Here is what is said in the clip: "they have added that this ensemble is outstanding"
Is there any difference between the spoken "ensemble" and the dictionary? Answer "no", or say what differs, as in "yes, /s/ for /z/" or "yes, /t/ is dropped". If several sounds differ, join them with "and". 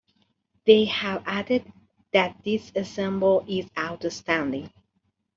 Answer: yes, /n/ is dropped